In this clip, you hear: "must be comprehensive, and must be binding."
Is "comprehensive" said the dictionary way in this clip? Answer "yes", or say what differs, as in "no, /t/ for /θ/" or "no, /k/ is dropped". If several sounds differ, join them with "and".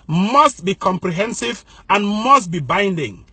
yes